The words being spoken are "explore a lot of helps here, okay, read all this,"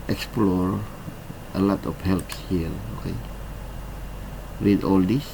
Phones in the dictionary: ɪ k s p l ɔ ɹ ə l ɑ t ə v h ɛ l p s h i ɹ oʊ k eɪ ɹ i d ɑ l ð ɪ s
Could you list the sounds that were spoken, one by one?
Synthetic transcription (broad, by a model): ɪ k s p l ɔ ɹ ə l ɑ t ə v h ɛ l p s h i ɹ oʊ k eɪ w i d ɑ l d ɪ s